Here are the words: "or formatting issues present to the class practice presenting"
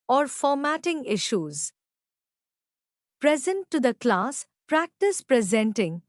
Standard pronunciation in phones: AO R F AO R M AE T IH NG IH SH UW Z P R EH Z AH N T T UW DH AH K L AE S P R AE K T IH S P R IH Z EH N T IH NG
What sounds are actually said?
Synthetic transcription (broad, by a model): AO R F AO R M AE T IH NG IH SH UW Z P R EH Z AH N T T UW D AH K L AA S P R AE K T IH S P R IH Z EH N T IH NG